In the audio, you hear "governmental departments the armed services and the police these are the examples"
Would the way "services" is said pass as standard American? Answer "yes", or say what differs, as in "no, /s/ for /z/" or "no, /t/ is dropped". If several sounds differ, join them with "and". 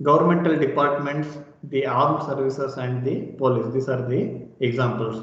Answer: no, /s/ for /z/